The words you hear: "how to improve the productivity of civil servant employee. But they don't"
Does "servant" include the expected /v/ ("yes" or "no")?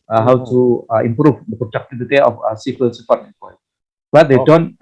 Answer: no